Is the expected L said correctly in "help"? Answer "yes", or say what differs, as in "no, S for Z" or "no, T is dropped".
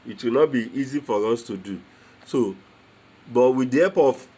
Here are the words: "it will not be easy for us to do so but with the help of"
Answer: no, L is dropped